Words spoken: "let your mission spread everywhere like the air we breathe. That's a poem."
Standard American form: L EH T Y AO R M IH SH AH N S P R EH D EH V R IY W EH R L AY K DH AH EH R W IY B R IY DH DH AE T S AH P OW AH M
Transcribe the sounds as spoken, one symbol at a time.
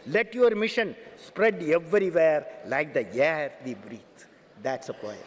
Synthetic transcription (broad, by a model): L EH T Y AO R M IH SH AH N S P R EH D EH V R IY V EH R L AY K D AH EH R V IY B R IY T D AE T S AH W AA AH